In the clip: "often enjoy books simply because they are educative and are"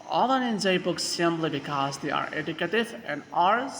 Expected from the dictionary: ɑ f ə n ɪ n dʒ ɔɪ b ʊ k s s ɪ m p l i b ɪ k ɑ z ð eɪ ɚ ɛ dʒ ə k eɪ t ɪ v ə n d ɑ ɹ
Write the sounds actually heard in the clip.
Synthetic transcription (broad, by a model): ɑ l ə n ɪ n z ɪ b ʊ k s s ɪ m p l i b ɪ k ɑ z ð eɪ ɚ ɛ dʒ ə k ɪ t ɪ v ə n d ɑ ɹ